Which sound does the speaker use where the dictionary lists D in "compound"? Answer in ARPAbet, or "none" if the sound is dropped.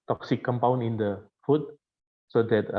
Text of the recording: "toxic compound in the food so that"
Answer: none